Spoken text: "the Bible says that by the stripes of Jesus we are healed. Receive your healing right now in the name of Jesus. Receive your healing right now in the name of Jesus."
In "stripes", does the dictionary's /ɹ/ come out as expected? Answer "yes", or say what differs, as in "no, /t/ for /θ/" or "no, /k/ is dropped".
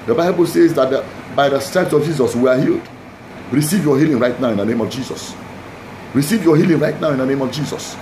no, /ɹ/ is dropped